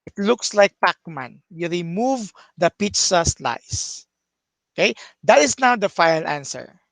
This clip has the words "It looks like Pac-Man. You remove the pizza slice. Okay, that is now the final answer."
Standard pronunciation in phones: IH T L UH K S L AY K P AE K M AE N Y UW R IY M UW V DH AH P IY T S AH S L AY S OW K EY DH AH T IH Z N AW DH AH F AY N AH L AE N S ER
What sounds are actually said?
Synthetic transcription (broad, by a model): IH T L UH K S L AY K P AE K M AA N Y UW R IY M UW V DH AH P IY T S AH S L AY S OW K EY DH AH T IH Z N AW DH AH F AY AH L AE N S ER